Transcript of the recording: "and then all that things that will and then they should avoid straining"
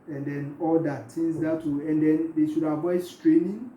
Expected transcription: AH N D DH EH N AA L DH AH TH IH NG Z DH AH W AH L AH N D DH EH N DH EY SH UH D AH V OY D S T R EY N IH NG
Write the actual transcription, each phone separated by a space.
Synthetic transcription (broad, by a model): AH N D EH N AA L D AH T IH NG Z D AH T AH AH N D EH N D EY SH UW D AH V OY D S T R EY N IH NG